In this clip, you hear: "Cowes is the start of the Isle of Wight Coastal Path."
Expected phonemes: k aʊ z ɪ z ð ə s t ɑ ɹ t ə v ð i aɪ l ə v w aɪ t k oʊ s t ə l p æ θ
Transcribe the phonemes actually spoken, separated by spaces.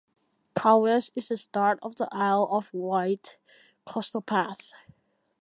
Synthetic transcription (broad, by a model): k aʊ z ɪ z ð ə s t ɑ ɹ t ə v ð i aɪ l ə v w aɪ t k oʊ s t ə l p æ θ